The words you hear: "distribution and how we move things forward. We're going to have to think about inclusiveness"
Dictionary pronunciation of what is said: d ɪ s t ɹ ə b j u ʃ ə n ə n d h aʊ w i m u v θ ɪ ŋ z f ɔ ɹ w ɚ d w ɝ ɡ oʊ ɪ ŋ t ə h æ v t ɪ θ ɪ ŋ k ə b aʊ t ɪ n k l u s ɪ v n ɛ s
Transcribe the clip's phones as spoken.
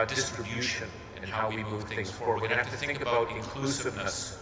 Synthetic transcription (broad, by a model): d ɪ s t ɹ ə b j u ʃ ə n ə n h aʊ w i m u v θ ɪ ŋ z f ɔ ɹ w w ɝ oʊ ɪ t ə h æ f t ɪ θ ɪ ŋ k ə b aʊ t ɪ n k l u s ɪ v n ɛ s